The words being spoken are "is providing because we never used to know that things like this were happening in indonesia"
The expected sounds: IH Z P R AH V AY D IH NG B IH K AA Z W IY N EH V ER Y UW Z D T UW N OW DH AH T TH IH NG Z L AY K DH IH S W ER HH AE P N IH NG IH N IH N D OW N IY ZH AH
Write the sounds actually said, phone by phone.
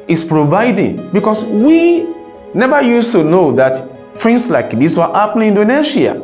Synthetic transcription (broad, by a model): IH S P R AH V AY D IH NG B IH K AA S W IY N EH V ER Y UW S T UW N OW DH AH T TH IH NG S L AY K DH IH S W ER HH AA P L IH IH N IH N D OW N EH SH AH